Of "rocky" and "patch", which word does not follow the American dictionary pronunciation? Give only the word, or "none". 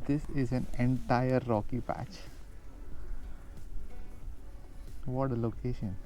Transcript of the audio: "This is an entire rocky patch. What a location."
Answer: none